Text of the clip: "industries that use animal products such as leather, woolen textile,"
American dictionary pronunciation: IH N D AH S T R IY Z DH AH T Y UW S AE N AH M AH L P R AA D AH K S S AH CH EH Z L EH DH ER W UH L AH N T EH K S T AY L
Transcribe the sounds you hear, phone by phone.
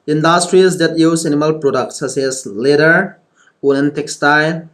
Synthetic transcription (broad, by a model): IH N D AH S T R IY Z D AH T Y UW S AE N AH M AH L P R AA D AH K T S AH S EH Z L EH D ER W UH N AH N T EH K S T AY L